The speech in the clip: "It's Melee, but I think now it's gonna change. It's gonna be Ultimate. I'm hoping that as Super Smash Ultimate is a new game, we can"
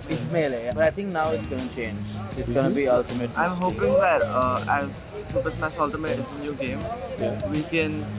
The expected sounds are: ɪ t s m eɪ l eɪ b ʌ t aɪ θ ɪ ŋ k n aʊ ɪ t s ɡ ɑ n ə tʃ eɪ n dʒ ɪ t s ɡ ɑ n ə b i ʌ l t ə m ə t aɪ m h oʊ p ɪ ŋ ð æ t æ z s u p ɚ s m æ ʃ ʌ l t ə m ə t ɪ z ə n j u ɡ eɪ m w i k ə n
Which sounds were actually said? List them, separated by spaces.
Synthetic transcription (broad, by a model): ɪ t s m eɪ l eɪ b ʌ t aɪ t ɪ ŋ k n aʊ ɪ t s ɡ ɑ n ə tʃ eɪ n dʒ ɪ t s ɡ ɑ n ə b i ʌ l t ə m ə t aɪ m h oʊ p ɪ ŋ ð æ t æ z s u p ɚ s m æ s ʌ l t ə m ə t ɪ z ə n j u ɡ eɪ m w i k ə n